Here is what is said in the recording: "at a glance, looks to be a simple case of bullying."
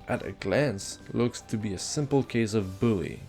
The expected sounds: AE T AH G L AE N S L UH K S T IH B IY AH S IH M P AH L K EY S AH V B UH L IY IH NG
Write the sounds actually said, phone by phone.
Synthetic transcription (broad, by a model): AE T AH G L AE N S L UH K S T IH B IY AH S IH M P L K EY S AH V B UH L IY